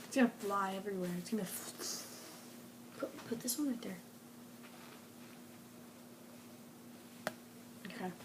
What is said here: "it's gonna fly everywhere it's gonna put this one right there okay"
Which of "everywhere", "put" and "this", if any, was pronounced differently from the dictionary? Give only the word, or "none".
none